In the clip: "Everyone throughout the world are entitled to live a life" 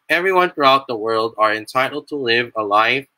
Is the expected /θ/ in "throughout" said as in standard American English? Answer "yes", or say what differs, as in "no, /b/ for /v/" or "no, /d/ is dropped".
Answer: yes